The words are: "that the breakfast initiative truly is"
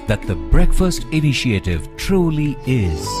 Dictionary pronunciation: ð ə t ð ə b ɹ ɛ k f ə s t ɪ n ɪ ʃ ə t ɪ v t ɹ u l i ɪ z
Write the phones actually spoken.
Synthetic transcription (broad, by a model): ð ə t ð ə b ɹ ɛ k f ə s t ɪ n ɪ ʃ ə t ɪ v t ɹ u l i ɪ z